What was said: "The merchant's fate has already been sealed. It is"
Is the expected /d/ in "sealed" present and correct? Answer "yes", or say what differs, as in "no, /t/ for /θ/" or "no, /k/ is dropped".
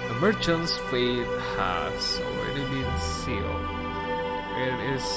no, /d/ is dropped